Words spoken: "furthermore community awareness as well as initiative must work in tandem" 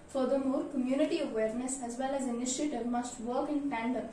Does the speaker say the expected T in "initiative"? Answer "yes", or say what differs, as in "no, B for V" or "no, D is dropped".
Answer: yes